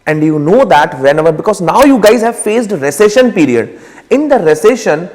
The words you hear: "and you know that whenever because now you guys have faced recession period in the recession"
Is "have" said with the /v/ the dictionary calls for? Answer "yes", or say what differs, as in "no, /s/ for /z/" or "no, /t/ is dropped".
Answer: yes